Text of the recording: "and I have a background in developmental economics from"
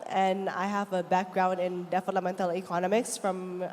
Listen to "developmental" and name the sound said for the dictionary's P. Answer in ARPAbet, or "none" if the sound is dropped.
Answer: none